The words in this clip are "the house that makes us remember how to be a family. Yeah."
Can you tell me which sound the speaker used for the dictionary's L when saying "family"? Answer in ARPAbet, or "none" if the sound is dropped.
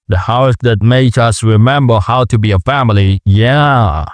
L